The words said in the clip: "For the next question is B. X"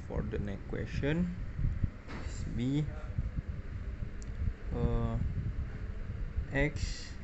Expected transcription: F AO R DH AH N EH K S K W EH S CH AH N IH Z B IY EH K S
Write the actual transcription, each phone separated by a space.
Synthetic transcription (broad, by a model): F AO R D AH N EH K K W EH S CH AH N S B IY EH K S